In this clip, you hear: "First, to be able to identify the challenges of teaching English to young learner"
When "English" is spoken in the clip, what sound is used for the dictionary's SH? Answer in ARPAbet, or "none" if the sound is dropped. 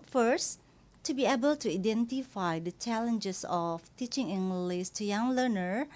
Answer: S